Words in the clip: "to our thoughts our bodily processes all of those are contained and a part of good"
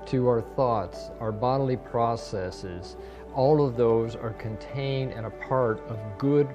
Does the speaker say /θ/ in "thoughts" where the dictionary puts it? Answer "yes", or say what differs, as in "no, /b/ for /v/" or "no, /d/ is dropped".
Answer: yes